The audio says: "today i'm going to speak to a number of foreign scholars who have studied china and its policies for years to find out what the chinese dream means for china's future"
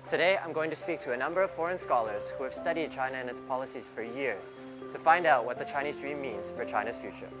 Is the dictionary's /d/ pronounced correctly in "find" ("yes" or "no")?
yes